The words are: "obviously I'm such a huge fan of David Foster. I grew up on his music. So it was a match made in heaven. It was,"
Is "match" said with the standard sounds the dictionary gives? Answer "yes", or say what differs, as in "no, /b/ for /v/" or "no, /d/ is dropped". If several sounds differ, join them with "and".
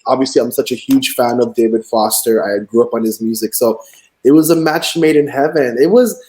yes